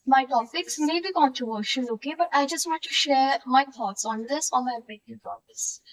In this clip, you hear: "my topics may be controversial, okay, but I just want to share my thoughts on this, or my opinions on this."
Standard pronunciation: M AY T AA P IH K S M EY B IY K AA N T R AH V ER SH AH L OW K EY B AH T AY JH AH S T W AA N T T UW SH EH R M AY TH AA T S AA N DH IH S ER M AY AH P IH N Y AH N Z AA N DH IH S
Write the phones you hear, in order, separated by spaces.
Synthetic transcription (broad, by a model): M AY T AA P IH K S M EY B IY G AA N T AH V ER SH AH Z OW K EY B AH T AY JH AH S T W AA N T T UW SH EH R M AY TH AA T S AA N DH IH S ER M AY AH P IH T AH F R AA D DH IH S